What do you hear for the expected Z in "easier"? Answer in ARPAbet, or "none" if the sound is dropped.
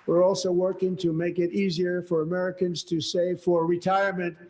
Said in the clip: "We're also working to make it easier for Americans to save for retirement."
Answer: Z